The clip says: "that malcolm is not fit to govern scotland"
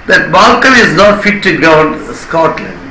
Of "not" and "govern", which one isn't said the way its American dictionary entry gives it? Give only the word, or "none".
govern